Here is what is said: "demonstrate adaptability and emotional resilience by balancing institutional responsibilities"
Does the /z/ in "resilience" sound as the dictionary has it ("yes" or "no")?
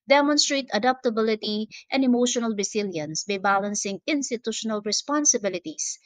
no